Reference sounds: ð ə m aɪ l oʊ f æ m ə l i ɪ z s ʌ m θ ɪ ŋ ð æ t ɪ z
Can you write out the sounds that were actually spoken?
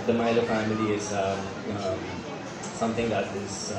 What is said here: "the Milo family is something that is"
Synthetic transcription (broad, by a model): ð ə m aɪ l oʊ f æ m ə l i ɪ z s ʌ m t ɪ ŋ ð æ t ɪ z